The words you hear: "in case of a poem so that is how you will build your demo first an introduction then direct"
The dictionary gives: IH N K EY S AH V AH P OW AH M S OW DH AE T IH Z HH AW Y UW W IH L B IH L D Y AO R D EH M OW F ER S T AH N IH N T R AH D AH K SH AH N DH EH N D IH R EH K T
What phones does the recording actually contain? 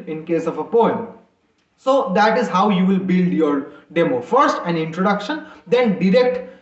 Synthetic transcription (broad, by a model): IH N K EY S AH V AH P OW AH M S OW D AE T IH Z HH AW Y UW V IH L B IH L D Y AO R D EH M OW F ER S T AH N IH N T R AH D AH K SH AH N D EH N D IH R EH K T